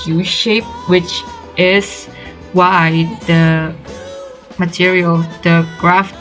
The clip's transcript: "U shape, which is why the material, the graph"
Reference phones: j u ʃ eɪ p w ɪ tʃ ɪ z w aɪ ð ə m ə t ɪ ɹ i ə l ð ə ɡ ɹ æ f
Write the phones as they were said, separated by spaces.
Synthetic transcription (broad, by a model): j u ʃ eɪ p w ɪ tʃ ɪ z w aɪ ð ə m ə t ɪ ɹ i ə l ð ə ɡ ɹ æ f